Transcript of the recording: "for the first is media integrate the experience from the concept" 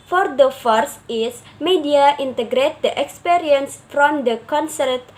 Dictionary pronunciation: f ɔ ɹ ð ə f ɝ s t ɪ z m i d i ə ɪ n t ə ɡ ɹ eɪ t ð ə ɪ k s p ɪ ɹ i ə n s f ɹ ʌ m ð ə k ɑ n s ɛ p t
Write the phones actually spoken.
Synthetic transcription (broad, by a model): f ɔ ɹ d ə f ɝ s ɪ s m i d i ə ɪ n t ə ɡ ɹ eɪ t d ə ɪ k s p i ɹ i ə n s f ɹ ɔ m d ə k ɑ n s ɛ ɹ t